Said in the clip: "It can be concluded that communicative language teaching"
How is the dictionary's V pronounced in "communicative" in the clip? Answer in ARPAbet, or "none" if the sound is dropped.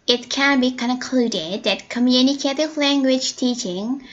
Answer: V